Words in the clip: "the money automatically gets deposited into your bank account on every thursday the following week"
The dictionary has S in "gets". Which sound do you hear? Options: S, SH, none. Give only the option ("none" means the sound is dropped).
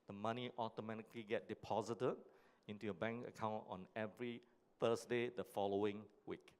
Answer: none